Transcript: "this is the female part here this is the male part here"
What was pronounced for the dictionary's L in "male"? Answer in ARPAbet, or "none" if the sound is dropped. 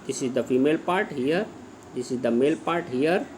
L